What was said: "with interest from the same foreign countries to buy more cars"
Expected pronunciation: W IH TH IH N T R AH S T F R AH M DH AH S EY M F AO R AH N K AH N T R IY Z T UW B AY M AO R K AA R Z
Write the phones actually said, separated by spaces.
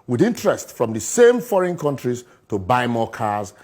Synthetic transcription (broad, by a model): W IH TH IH N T R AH S T F R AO M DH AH S EY M F AO R AH N K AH N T R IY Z T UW B AY M AO K AA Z